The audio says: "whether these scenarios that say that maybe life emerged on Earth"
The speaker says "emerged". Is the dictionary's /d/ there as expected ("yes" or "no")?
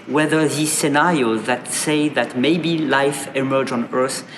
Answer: no